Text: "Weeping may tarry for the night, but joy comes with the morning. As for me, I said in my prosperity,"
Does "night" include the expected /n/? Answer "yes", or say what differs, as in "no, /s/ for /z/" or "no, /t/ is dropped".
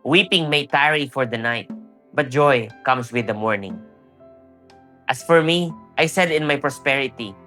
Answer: yes